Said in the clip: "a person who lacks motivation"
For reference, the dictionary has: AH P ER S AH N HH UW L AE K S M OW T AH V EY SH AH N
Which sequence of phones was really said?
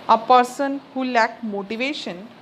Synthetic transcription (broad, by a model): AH P ER S AH N HH UW L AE K M OW T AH V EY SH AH N